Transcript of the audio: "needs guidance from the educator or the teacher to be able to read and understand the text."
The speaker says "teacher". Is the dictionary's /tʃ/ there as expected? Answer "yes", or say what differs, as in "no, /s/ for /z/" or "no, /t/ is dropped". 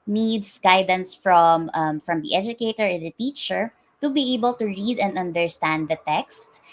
yes